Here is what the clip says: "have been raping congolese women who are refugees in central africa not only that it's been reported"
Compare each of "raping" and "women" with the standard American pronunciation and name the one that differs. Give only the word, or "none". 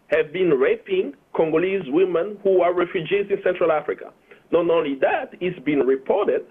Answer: none